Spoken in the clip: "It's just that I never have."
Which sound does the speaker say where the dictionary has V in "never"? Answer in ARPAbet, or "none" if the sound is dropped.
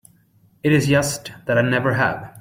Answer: V